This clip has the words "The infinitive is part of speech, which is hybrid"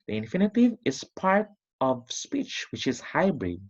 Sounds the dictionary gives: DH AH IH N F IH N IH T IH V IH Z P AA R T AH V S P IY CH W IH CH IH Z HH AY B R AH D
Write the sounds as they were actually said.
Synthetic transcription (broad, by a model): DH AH IH N F IH N IH T IH V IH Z P AA R T AH V S P IY CH W IH CH IH Z HH AY B R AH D